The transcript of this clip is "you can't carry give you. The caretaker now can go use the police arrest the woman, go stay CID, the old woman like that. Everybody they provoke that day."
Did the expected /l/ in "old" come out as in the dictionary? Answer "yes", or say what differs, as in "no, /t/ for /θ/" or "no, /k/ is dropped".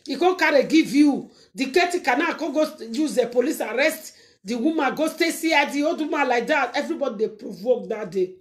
no, /l/ is dropped